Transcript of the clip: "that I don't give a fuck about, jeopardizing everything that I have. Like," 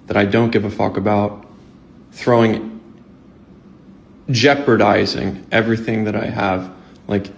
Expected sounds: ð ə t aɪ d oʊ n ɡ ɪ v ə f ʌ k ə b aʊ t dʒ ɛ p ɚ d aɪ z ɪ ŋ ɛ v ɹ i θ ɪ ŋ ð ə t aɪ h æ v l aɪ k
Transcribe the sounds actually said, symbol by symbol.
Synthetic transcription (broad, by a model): ð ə t aɪ d oʊ n ɡ ɪ v ə f ʌ k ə b aʊ t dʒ ɛ p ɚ d aɪ z ɪ ŋ ɛ v ɹ i θ ɪ ŋ ð ə t aɪ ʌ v l aɪ k